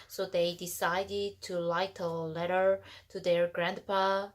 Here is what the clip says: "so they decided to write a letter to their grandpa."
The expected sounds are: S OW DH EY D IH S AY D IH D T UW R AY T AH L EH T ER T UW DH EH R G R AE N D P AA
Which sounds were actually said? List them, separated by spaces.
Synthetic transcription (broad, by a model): S OW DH EY D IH S AY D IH D T UW L AY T AH L EH T ER T UW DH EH R G R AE N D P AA